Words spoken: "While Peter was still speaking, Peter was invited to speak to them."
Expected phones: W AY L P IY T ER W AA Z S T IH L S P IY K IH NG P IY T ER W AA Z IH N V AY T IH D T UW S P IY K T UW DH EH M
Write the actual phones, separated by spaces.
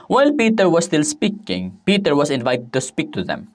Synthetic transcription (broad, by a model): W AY L P IY T ER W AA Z S T IH L S P IY K IH NG P IY T ER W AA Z IH N V AY T IH D T UW S P IY K T UW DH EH M